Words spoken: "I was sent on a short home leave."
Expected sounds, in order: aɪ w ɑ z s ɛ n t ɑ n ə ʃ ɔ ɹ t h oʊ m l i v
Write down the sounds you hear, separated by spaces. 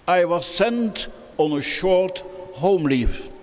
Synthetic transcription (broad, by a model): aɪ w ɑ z s ɛ n t ɑ n ə ʃ ɔ ɹ t h oʊ m l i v